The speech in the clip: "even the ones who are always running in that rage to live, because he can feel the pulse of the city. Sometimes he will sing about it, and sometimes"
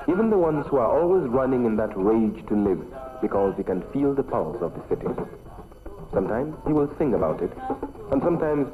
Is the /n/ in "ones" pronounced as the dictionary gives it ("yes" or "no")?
yes